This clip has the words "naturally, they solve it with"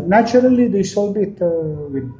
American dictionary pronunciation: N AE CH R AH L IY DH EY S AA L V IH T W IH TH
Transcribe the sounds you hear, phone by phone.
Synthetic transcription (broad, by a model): N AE CH R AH L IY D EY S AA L B IH T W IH